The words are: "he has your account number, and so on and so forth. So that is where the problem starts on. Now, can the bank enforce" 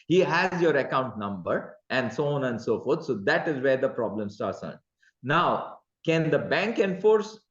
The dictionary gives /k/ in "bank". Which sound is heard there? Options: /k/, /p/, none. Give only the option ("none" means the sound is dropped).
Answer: /k/